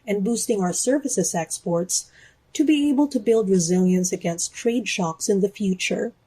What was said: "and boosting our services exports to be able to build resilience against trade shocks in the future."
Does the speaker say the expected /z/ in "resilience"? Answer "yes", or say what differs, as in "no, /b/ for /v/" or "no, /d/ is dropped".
yes